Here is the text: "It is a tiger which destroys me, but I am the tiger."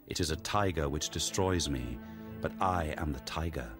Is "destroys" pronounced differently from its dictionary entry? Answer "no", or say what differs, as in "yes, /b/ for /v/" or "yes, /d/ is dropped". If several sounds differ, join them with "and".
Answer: no